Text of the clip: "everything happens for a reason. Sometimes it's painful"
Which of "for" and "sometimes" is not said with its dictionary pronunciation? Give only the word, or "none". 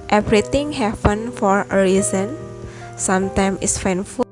sometimes